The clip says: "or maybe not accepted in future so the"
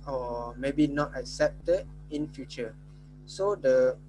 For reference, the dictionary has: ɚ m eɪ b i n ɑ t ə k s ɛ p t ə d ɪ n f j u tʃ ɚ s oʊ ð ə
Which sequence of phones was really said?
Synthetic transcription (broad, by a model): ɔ m eɪ b i n ɑ t ə k s ɛ p t ə d ɪ n f j u tʃ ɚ s oʊ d ə